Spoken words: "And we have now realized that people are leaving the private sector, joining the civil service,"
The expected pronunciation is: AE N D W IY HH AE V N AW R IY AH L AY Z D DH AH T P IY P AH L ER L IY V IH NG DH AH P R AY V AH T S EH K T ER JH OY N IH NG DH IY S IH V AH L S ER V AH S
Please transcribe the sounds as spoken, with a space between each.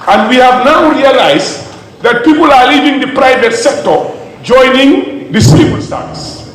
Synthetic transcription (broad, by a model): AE N D W IY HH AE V N AW R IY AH L AY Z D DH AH T P IY P AH L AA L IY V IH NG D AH P R AY V AH T S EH K T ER JH OY N IH NG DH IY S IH B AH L S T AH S